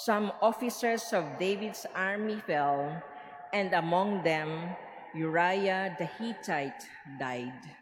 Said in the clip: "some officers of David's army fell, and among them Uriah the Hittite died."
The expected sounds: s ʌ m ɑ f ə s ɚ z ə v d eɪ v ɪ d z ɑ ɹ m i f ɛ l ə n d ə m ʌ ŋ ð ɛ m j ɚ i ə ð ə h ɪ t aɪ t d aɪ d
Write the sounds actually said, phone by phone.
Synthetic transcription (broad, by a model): s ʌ m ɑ f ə s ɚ s ə v d eɪ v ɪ d s ɑ ɹ m i f ɛ l ə n d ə m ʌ ŋ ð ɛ m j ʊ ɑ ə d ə h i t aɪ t d aɪ d